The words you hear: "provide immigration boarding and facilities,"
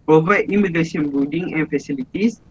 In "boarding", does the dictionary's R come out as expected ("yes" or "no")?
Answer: no